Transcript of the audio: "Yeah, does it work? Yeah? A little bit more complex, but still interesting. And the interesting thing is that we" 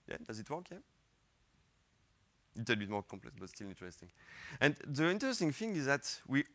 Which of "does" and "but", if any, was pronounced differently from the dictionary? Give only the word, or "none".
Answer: none